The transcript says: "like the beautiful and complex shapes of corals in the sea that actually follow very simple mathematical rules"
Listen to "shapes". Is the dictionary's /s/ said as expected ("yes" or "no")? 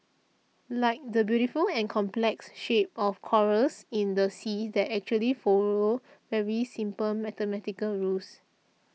no